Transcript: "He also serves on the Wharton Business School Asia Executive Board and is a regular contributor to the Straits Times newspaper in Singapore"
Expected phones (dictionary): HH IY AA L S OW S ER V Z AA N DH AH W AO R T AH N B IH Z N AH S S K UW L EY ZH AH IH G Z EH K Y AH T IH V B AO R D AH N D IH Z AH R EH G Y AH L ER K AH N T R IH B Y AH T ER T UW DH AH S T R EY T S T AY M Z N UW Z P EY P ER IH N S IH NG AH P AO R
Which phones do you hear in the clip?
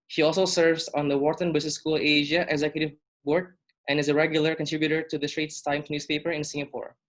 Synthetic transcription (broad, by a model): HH IY AA L S OW S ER V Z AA N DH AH W AO R T AH N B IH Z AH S S K UW L EY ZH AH IH G Z EH K Y AH T IH V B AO R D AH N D IH Z AH R EH G Y AH L ER K AH N T R IH B Y AH T ER T UW DH AH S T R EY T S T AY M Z N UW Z P EY P ER IH N S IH NG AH P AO R